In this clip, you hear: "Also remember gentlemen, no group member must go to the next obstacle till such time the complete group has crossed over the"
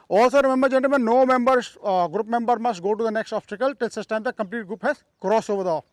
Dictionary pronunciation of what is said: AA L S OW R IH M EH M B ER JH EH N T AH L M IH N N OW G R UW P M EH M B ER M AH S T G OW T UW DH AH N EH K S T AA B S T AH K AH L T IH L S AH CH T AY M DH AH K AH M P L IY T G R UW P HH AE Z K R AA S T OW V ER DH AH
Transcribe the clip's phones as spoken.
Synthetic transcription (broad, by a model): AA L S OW R IH M EH M B ER JH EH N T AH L M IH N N OW G R UW P M EH M B ER M AH S T G OW T UW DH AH N EH K S T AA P S T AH K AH L T IH L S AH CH T AY M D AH K AH M P L IY T G R UW P HH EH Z K R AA S OW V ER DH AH